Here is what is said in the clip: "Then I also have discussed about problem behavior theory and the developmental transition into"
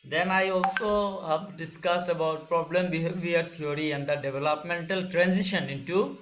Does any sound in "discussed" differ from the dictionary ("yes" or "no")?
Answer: no